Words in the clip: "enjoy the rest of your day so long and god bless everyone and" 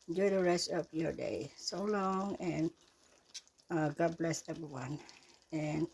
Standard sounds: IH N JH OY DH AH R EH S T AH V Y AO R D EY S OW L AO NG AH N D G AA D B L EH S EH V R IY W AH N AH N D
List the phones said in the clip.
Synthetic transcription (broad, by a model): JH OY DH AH R EH S T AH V Y AO R D EY S OW L AO NG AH N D G AA D B L EH S EH V R IY W AH N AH N